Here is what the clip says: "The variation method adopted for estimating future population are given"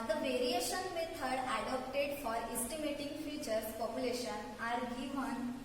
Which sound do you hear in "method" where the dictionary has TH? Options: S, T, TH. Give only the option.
T